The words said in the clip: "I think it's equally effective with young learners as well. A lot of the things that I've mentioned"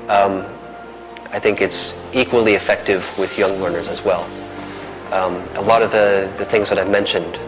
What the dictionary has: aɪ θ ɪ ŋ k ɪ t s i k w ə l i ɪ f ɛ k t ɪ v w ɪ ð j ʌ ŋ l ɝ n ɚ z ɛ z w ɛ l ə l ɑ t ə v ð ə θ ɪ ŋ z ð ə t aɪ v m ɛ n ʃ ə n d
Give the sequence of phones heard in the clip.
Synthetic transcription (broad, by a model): aɪ θ ɪ ŋ k ɪ t s i k w ə l i ɪ f ɛ k t ɪ v w ɪ ð j ʌ ŋ l ɝ n ɚ z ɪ z w ɛ l ə l ɑ t ə v ð ə θ ɪ ŋ z ð ə t aɪ v m ɛ n ʃ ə n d